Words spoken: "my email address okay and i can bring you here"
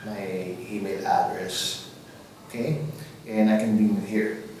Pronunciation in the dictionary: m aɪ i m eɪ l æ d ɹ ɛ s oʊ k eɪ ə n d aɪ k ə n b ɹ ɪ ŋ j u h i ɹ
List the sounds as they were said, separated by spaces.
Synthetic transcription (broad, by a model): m aɪ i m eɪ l æ d ɹ ɛ s oʊ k eɪ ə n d aɪ k ə n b i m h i ɹ